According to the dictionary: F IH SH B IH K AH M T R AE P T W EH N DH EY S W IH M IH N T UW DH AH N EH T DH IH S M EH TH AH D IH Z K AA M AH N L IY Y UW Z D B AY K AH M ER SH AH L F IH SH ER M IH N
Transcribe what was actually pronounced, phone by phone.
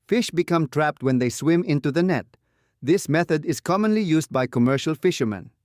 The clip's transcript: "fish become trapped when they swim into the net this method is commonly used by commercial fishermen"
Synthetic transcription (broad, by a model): F IH SH B IH K AH M T R AE P T W EH N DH EY S W IH M IH N T UW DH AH N EH T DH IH S M EH TH AH D IH Z K AA M AH N L IY Y UW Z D B AY K AH M ER SH AH L F IH SH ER M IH N